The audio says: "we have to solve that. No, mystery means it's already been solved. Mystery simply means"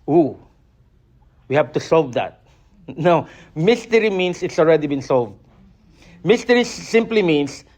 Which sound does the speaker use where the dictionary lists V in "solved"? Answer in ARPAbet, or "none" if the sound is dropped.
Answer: V